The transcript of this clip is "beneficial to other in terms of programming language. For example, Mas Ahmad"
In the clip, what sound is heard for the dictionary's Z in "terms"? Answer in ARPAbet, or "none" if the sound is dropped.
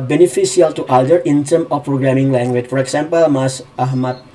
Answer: none